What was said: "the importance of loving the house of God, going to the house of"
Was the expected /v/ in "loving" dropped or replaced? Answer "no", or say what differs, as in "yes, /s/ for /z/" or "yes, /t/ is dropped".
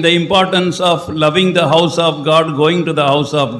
no